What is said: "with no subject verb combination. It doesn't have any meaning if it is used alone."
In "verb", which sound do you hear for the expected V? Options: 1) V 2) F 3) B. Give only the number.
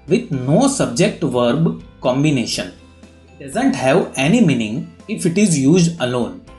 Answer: 1